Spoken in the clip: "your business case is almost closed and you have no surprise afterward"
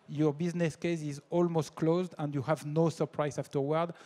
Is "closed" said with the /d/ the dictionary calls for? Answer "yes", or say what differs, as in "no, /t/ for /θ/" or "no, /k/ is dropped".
yes